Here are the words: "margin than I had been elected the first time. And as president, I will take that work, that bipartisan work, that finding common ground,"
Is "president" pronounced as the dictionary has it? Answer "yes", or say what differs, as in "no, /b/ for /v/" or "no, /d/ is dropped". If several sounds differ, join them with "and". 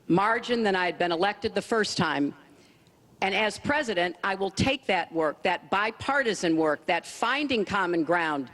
yes